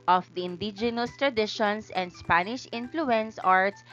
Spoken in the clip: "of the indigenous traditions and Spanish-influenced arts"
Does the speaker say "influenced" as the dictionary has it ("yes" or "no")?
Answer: no